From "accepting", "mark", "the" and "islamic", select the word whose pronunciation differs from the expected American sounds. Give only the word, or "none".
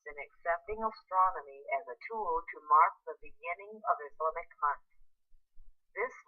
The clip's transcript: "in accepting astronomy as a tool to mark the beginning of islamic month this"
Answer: islamic